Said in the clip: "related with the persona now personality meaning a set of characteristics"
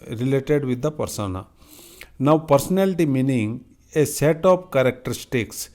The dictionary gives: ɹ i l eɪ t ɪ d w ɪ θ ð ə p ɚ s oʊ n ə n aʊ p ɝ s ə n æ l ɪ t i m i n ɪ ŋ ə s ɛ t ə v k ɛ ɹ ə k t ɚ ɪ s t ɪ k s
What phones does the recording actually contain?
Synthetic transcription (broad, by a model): ɹ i l eɪ t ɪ d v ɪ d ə p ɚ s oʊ n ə n aʊ p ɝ s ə n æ l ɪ t i m i n ɪ ŋ ə s ɛ t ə p k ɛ ɹ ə k t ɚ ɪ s t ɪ k s